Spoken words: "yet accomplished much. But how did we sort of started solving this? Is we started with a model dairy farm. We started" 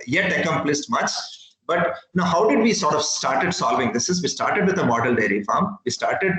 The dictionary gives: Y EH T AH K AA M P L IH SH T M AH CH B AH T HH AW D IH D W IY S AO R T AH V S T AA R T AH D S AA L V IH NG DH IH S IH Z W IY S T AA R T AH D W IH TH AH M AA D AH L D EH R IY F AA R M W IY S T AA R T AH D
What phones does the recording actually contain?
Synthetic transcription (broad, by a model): Y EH T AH K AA M P L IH S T M AH CH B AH T HH AW D IH D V IY S AO R T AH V S T AA R T AH D S AA L V IH NG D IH S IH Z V IY S T AA R T AH D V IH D AH M AA D AH L D EH R IY F AA R M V IY S T AA R T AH D